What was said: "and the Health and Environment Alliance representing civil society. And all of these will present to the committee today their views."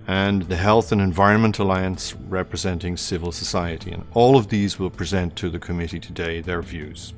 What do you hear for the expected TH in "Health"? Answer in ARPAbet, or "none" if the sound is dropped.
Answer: TH